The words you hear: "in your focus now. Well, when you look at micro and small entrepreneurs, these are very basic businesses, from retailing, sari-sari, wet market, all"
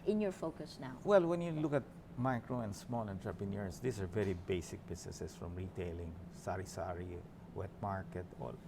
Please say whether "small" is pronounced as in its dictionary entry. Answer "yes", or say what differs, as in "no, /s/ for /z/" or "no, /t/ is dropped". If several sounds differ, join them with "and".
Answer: yes